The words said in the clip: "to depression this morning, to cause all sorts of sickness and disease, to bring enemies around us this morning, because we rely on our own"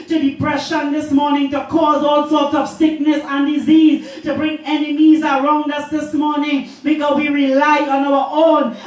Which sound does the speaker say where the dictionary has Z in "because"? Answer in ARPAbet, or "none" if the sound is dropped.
none